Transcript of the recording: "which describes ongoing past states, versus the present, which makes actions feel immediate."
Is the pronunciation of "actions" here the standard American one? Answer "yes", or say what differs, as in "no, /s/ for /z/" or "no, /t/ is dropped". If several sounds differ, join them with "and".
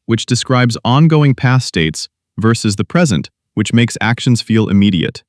yes